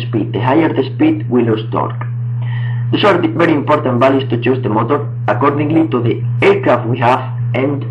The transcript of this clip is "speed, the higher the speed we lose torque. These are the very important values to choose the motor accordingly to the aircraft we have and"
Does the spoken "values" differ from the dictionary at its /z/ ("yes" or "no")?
yes